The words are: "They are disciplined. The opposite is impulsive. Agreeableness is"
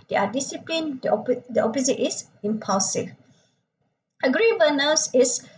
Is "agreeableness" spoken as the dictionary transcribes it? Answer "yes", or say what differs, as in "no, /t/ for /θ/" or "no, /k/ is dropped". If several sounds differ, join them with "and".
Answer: no, /l/ is dropped